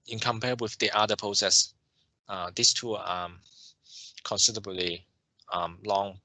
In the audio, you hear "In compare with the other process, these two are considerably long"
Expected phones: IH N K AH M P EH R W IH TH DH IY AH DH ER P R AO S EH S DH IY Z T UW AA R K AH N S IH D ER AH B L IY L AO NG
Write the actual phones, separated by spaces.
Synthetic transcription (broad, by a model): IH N K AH M P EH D W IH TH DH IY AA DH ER P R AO S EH S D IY S T UW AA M K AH N S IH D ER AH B L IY L AO NG